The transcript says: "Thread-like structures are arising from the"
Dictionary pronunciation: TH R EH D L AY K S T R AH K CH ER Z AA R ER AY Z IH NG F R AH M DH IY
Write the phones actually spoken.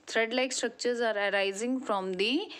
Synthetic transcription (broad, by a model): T R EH D L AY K S T R AH K CH ER Z AA R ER AY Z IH NG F R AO M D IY